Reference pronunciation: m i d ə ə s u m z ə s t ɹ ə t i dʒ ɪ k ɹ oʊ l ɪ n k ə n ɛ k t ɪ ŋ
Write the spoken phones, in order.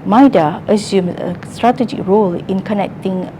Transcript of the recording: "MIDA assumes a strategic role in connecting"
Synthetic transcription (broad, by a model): m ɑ d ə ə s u m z ə s t ɹ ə t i dʒ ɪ k ɹ oʊ l ɪ n k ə n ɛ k t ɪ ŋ